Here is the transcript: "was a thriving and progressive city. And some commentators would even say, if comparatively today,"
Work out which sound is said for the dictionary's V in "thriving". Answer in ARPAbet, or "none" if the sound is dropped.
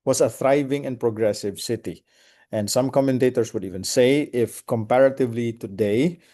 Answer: V